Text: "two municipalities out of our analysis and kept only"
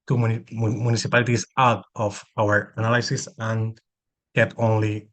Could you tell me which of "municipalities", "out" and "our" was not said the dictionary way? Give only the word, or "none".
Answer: municipalities